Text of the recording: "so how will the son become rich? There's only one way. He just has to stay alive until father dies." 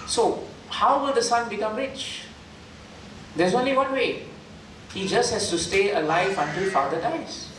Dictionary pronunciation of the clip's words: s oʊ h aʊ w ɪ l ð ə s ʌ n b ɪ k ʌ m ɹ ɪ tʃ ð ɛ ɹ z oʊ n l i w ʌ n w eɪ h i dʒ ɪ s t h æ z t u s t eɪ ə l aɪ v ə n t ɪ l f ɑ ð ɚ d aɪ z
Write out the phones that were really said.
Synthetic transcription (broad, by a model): s oʊ h aʊ w ɪ l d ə s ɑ n b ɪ k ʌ m ɹ ɪ tʃ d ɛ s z oʊ n l i w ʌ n w eɪ h i dʒ ɪ s t h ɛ s t u s t eɪ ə l aɪ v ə n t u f ɑ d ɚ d aɪ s